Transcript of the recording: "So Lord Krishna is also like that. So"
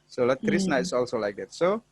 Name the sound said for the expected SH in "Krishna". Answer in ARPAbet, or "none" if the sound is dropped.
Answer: S